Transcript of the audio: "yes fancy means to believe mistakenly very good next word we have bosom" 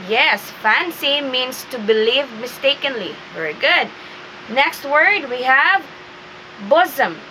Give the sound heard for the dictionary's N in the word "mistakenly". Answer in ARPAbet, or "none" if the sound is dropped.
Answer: N